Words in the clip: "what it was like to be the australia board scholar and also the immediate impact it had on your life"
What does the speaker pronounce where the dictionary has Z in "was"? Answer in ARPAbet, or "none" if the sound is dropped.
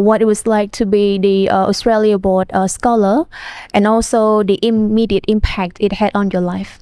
S